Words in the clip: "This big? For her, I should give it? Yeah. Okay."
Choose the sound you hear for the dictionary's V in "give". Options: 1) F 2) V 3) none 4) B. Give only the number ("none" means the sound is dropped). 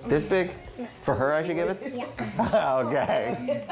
2